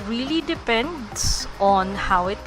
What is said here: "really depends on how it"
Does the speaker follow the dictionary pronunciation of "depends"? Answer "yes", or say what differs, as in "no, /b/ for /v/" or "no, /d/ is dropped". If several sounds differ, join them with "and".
no, /s/ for /z/